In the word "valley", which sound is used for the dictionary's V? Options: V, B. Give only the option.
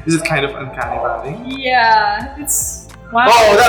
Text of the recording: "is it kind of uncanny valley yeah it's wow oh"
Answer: B